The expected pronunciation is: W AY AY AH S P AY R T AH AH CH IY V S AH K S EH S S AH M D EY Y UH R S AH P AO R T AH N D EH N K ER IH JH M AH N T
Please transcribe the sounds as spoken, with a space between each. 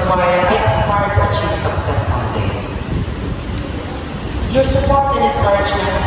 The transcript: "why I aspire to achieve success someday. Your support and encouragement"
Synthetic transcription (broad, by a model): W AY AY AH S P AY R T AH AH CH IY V S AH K S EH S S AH D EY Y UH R S AH P AO R T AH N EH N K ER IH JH M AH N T